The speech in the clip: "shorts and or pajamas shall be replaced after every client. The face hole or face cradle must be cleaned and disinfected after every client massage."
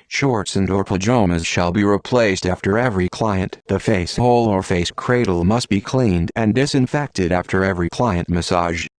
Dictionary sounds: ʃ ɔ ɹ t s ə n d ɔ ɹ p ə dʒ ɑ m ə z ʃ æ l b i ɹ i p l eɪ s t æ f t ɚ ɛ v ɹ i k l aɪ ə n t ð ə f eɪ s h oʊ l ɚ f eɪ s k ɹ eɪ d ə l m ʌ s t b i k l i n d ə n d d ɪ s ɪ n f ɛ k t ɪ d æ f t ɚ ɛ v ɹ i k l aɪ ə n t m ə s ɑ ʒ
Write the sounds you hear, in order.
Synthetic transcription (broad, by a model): ʃ ɔ ɹ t s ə n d ɔ ɹ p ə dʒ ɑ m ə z ʃ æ l b i ɹ i p l eɪ s t æ f t ɚ ɛ v ɹ i k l aɪ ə n ð ə f eɪ s h oʊ l ɚ f eɪ s k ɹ eɪ d l m ʌ s t b i k l i n d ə n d d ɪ s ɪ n f ɛ k t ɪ d æ f t ɚ ɛ v ɹ i k l aɪ ə n t m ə s ɑ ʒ